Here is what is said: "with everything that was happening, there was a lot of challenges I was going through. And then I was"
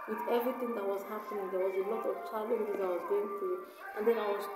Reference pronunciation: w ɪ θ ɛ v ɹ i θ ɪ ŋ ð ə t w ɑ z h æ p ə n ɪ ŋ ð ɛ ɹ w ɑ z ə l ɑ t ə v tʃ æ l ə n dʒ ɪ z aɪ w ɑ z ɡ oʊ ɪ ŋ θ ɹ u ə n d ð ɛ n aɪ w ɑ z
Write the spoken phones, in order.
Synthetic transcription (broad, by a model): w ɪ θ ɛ v ɹ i t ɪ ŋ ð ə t w ɑ z h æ p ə n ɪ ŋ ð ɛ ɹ w ɑ z ə l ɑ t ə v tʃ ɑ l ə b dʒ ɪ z aɪ w ɑ z ɡ oʊ ɪ ŋ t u ə n d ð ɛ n aɪ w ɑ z